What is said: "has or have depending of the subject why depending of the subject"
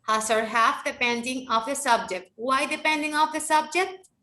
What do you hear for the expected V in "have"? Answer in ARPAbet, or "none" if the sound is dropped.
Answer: F